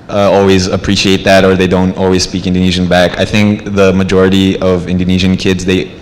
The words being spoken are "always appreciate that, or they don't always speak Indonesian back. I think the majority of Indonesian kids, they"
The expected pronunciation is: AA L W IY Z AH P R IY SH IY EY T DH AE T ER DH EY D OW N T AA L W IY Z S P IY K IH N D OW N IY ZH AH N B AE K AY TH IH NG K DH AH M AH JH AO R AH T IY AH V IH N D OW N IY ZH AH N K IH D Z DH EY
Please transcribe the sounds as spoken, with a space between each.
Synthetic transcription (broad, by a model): AA L W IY Z AH P R IY SH IY EY T DH AE T ER DH EY D OW N T AA L W IY Z S P IY K IH N D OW N IY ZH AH N B AE K AY TH IH NG K DH AH M AH JH AO R AH T IY AH V IH N D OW N IY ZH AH N K IH D Z DH EY